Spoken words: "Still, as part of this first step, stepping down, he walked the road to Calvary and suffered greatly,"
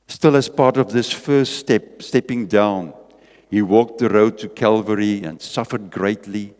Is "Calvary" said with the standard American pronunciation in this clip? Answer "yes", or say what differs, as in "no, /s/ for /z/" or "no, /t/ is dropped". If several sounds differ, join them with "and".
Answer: yes